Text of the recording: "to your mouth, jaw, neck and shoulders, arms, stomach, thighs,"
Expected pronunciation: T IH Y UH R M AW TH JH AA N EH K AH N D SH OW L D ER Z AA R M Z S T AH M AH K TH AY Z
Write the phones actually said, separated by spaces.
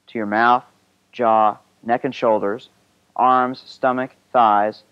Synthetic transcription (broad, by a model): T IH Y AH R M AW TH JH AA N EH K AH N SH OW L D ER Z AA R M Z S T AH M AH K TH AY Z